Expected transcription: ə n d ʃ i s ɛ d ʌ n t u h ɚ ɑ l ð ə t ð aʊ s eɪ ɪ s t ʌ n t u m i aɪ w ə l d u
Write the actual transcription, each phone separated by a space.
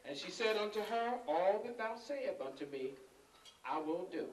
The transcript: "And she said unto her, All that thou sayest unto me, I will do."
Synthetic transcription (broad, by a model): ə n ʃ i s ɛ d ʌ n t u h ɚ ɑ l ð ə t ð aʊ s eɪ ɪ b ʌ n t u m i aɪ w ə n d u